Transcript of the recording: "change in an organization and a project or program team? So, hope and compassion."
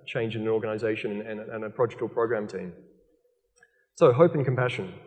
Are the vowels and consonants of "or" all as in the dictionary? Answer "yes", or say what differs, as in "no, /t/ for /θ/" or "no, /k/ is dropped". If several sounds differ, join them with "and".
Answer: no, /l/ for /ɹ/